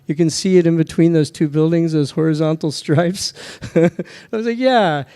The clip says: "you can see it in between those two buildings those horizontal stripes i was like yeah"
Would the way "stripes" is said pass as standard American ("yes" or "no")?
yes